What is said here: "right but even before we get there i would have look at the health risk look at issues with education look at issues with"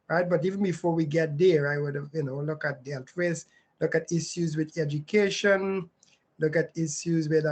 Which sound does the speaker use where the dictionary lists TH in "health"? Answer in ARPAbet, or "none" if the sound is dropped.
T